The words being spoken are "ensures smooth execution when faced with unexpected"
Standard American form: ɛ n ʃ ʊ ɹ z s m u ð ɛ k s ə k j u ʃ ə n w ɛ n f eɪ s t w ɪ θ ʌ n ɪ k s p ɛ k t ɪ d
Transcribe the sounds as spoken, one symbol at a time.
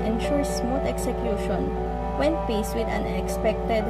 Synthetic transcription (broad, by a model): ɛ n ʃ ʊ ɹ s m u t ɛ k s ə k j u ʃ ə n w ɛ n p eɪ s w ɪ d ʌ n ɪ k s p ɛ k t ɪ d